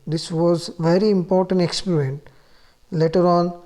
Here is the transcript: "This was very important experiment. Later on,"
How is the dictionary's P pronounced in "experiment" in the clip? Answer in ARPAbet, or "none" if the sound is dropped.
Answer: P